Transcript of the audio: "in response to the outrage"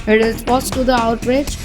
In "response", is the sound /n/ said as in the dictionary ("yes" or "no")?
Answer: no